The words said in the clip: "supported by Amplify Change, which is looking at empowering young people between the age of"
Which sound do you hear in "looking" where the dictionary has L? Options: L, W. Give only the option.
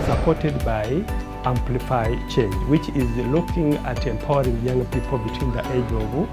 L